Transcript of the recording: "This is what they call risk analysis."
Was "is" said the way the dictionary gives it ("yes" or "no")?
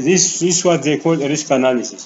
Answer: no